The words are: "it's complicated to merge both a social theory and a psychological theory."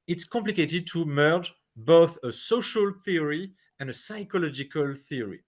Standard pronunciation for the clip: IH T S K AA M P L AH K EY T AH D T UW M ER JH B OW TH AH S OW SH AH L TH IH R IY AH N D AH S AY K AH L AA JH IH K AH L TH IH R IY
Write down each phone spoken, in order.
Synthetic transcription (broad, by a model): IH T S K AA M P L AH K EY T AH D T UW M ER JH B OW TH AH S OW SH AH L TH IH R IY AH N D AH S AY K AH L AA JH IH K AH L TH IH R IY